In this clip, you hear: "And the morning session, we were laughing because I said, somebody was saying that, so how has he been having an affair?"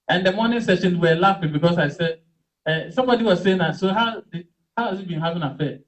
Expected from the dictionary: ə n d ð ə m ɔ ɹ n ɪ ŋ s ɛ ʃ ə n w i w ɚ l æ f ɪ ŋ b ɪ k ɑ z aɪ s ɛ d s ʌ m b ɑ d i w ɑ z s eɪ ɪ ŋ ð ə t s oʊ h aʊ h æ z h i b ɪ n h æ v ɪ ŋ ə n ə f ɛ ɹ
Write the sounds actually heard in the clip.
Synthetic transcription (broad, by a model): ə n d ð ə m ɔ n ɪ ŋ s ɛ ʃ ə n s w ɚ l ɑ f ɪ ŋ b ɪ k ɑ s aɪ s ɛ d s ʌ m b ɑ d i w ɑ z s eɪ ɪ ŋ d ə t s oʊ h aʊ h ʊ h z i b ɪ n h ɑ v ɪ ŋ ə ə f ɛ